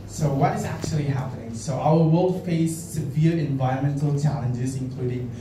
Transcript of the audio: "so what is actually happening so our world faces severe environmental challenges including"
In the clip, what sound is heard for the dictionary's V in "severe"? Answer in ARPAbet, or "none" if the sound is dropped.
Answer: V